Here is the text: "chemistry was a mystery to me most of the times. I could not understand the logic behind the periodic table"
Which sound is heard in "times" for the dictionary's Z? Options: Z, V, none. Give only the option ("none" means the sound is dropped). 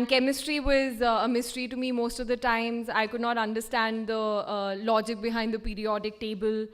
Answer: Z